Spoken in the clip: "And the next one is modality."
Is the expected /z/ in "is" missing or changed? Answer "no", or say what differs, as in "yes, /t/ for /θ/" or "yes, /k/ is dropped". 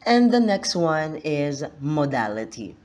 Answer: no